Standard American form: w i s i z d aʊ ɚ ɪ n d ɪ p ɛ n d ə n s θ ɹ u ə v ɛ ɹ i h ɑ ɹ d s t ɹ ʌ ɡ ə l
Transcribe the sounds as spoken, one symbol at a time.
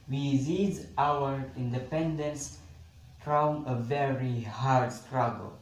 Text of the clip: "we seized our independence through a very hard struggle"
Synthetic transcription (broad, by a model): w i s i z aʊ ɚ ɪ n d ɪ p ɛ n d ə n s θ ɹ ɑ ə v ɛ ɹ i h ɑ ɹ d s t ɹ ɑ ɡ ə l